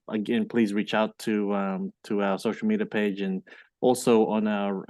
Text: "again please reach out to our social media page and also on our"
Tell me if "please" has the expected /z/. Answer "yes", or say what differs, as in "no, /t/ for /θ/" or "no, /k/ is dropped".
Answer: yes